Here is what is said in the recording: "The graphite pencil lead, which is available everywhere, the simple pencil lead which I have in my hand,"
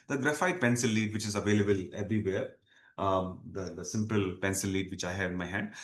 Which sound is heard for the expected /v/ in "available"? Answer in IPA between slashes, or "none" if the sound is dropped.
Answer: /v/